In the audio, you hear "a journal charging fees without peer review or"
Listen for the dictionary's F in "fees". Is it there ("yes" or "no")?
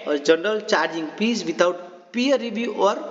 no